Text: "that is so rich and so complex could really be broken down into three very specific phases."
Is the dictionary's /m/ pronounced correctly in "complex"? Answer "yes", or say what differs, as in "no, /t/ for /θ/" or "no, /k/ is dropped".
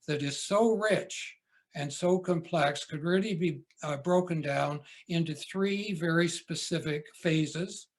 yes